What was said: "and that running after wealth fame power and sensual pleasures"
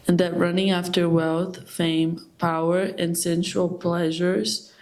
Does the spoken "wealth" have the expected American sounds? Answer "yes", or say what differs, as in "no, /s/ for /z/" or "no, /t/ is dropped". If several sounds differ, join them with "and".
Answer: yes